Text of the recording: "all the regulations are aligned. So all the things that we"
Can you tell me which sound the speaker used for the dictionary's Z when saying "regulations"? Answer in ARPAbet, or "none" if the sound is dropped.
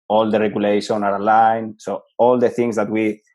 none